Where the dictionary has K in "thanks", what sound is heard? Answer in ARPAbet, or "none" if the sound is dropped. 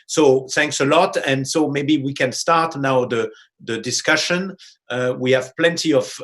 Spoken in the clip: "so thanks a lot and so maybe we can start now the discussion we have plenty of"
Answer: K